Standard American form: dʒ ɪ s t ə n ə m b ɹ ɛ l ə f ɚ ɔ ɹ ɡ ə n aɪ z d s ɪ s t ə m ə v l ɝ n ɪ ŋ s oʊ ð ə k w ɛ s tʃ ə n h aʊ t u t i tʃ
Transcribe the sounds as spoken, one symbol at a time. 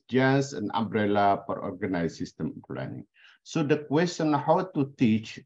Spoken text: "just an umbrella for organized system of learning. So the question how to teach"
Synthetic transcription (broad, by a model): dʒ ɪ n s ə n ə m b ɹ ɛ l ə p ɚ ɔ ɹ ɡ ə n aɪ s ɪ s t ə m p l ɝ n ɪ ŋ s oʊ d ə k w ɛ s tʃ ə n h aʊ t u t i tʃ